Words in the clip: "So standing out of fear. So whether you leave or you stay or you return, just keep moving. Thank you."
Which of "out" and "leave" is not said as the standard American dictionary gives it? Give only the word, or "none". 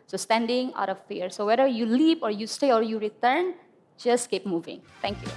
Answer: leave